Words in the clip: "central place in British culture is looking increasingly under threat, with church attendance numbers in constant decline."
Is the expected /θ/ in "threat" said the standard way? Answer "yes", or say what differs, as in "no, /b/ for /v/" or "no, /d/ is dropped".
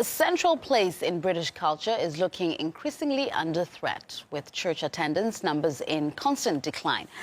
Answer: yes